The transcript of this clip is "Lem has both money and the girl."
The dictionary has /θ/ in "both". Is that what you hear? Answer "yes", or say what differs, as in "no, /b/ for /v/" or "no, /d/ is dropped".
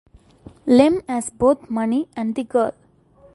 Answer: no, /t/ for /θ/